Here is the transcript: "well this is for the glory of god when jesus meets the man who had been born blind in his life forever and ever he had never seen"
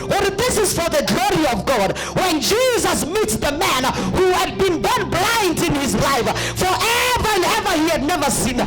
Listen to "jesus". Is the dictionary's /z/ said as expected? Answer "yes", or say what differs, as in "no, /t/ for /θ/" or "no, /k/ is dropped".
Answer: yes